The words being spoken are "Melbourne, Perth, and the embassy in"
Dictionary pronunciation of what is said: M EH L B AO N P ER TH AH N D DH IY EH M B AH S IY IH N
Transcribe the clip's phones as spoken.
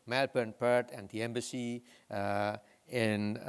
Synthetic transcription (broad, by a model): M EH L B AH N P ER T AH N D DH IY EH M B AH S IY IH N